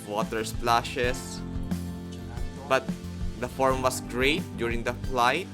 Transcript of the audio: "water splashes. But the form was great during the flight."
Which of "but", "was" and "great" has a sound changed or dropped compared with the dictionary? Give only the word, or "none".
was